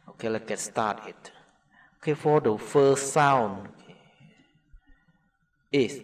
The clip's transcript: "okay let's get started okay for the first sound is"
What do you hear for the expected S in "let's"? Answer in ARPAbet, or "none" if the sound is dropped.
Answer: none